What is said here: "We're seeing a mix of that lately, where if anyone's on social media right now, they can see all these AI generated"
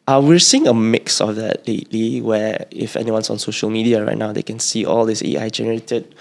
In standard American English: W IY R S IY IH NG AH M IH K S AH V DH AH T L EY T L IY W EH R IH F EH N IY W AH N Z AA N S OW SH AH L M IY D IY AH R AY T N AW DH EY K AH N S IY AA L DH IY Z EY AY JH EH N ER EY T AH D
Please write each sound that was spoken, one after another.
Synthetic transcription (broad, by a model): W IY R S IY IH NG AH M IH K S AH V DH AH T L EY T L IY W EH IH F EH N IY W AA N S AA N S OW SH AH L M IY D IY AH R AY T N AW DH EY K AH N S IY AA L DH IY S EY AY JH EH N ER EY T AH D